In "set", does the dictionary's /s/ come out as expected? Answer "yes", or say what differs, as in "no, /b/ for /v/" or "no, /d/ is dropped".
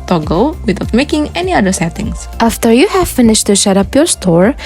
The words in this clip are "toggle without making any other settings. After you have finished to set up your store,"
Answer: no, /ʃ/ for /s/